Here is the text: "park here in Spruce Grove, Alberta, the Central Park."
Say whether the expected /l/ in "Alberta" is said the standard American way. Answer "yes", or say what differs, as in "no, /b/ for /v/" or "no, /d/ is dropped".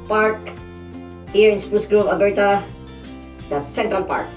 no, /l/ is dropped